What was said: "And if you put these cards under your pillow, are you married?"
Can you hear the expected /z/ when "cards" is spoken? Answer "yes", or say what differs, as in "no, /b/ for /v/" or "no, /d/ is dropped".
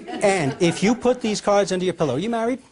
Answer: yes